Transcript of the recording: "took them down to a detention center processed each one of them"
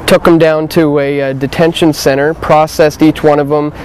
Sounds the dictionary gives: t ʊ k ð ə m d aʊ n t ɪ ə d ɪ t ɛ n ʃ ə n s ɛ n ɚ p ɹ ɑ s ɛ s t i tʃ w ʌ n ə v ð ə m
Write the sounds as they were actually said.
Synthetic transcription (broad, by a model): t ʊ k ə m d aʊ n t ɪ ə d ɪ t ɛ n ʃ ə n s ɛ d ɚ p ɹ ɑ s ɛ s t i tʃ w ʌ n ə v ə m